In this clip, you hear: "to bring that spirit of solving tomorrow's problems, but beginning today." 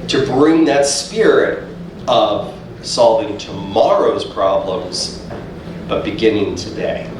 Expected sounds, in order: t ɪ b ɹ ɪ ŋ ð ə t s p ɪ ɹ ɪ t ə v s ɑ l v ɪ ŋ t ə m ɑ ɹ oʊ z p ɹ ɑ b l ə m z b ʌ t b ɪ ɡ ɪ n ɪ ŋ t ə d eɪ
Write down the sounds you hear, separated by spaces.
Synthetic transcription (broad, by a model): t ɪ b ɹ ɪ ŋ ð ə t s p ɪ ɹ ɪ t ə v s ɑ l v ɪ ŋ t ə m ɑ ɹ oʊ z p ɹ ɑ b l ə m z b ʌ t b ɪ ɡ ɪ n ɪ ŋ t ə d eɪ